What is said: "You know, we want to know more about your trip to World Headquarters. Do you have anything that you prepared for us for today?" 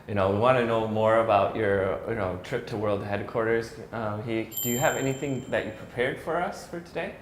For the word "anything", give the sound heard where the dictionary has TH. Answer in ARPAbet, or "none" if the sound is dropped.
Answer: TH